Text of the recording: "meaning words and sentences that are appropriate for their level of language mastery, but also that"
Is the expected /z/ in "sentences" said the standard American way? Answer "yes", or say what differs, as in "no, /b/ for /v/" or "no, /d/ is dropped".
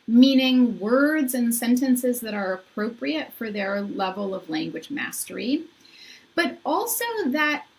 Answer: yes